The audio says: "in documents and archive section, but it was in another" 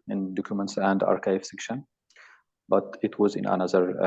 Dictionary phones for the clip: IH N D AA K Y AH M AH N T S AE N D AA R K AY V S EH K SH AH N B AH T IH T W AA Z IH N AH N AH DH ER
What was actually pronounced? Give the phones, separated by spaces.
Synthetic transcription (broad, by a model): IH N D AA K Y AH M AH N T S AE N D AA R K AY V S EH K SH AH N B AH T IH T W AA Z IH N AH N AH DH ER